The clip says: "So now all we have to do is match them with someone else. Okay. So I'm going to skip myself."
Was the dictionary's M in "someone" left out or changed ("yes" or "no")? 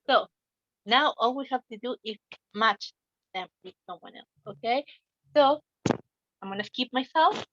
yes